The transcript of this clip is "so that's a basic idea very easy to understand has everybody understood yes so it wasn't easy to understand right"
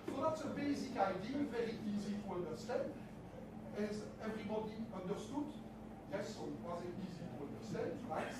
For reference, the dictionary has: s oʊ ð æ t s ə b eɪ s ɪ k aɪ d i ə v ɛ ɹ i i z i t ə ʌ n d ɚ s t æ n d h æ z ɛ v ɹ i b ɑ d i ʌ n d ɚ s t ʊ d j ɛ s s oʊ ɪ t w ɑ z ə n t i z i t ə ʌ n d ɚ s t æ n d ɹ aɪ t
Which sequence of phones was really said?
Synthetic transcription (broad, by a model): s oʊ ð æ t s ə b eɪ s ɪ k aɪ d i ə v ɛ ɹ i i z i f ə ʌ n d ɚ s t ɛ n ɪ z ɛ v ɹ i b ɑ d i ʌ n d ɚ s t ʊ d j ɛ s s oʊ ɪ t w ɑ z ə t i z i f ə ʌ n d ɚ s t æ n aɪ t